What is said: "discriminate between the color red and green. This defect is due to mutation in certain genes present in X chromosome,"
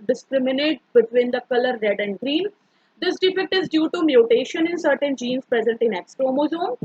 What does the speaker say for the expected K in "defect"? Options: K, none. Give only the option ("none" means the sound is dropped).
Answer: K